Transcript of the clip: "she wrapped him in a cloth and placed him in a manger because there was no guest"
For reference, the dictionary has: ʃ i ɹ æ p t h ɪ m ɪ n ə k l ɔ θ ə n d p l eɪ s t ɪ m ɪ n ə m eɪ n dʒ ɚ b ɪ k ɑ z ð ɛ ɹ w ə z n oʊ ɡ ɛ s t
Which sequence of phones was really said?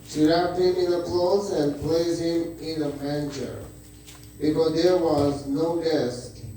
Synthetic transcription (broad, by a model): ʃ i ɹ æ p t h ɪ m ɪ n ə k l ɔ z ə n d p l eɪ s ɪ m ɪ n ə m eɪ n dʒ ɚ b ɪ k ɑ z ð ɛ ɹ w ə z n oʊ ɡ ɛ s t